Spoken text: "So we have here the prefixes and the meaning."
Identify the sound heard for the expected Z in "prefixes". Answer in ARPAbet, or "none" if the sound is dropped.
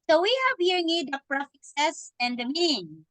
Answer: S